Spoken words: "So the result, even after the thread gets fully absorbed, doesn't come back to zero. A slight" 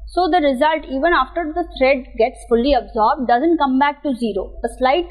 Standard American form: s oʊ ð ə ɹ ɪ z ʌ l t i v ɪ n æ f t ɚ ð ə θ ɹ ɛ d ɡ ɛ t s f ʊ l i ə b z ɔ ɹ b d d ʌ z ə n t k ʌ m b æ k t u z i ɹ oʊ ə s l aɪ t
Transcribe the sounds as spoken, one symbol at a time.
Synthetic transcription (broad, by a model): s oʊ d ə ɹ ɪ z ʌ l t i v ɪ n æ f t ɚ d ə t ɹ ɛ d ɡ ɛ t s f ʊ l i ə b z ɔ ɹ b d d ʌ z ə n t k ʌ m b æ k t u z i ɹ oʊ ə s l aɪ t